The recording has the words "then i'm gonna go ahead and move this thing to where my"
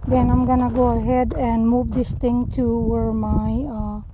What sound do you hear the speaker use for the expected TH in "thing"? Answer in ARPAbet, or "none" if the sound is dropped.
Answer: T